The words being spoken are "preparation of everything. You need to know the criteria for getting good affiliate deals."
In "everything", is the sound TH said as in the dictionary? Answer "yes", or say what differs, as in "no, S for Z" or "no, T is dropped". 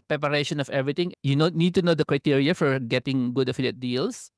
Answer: no, T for TH